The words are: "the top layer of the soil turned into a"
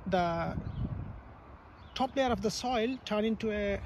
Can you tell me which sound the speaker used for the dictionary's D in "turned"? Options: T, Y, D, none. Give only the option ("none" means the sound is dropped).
none